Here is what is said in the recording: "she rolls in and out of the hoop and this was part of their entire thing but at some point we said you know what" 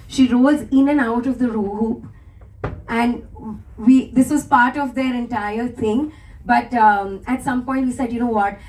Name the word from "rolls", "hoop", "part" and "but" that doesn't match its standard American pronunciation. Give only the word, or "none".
rolls